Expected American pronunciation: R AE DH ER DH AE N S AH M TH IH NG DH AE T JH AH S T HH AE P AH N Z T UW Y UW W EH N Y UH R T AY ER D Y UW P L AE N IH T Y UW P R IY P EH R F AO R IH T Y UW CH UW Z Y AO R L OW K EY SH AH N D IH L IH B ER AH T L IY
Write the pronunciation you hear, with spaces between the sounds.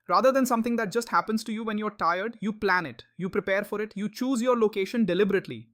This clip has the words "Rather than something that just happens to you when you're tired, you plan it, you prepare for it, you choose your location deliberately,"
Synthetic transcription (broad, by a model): R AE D ER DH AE N S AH M T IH NG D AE T JH AH S T HH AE P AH N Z T UW Y UW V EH N Y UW R T AY ER D Y UW P L AE N IH T Y UW P R IY P EH R F AO R IH T Y UW CH UW Z Y AO R L OW K EY SH AH N D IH L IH B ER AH T L IY